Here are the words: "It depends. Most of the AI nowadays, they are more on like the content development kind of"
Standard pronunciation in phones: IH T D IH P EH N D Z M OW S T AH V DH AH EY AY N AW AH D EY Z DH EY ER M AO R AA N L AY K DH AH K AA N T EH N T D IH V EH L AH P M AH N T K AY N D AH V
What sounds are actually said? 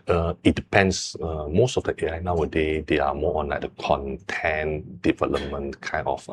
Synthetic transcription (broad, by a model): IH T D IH P EH N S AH M OW S T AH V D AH EY AY N AW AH D EY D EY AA M AO AA N L AY K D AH K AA N T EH N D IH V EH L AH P M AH N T K AY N AH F